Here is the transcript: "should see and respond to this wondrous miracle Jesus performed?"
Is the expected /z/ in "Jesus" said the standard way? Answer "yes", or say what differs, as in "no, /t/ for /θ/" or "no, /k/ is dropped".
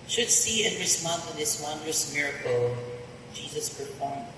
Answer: yes